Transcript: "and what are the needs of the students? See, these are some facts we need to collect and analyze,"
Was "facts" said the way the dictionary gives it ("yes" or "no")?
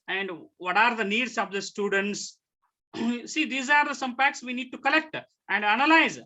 no